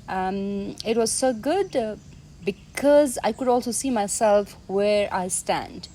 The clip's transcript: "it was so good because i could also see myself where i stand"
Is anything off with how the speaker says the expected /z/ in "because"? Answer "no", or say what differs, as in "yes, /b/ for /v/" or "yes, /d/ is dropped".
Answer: no